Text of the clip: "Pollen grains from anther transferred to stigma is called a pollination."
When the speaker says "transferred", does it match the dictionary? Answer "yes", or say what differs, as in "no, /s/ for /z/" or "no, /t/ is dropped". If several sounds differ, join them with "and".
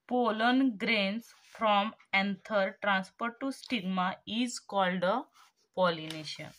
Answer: no, /p/ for /f/